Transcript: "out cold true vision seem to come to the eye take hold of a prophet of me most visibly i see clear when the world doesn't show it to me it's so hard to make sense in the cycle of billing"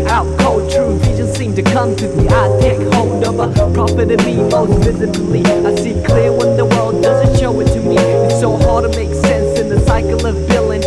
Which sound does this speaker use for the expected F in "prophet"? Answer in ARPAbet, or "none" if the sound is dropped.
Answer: P